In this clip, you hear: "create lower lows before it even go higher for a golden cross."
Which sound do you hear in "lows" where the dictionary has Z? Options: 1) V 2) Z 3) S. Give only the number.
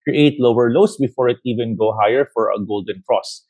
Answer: 3